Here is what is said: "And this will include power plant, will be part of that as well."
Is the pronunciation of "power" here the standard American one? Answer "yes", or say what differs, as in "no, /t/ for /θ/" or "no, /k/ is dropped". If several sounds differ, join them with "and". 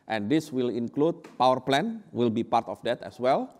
yes